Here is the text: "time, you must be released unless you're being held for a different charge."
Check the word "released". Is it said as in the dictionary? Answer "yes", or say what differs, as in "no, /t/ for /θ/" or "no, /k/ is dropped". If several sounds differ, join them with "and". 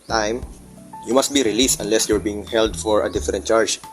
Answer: yes